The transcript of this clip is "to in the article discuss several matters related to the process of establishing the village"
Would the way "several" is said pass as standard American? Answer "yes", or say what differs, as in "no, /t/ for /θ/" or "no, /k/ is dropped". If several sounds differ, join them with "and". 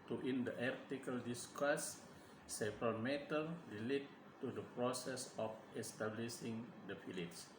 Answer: no, /p/ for /v/